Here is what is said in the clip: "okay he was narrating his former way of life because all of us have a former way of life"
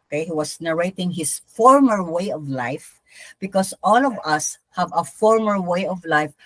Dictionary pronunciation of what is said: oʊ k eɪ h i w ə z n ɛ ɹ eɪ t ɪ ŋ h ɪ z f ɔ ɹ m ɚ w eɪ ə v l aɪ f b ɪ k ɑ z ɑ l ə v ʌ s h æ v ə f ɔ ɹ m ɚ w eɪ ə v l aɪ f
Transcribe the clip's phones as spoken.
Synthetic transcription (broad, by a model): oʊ k eɪ h i w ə s n ɛ ɹ eɪ t ɪ ŋ h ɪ s f ɔ ɹ m ɚ w eɪ ə v l aɪ f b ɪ k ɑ s ɑ l ə v ʌ s h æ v ə f ɔ ɹ m ɚ w eɪ ə v l aɪ f